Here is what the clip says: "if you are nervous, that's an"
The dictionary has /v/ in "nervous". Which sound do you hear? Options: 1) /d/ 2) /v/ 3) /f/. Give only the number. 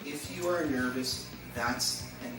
2